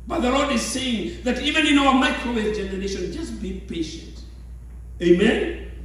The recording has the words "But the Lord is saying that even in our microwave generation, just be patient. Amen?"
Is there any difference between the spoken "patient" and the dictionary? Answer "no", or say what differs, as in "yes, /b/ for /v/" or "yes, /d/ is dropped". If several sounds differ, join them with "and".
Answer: yes, /n/ is dropped